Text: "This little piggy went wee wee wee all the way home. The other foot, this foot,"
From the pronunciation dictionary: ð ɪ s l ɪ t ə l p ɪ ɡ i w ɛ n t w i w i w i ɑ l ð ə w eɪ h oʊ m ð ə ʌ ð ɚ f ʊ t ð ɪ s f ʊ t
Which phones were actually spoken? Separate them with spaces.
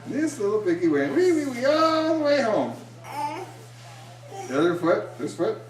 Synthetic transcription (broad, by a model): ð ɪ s l ɪ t l b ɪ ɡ i w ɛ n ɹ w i w i w i ɑ l ð ə w eɪ h oʊ m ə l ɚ f ʊ t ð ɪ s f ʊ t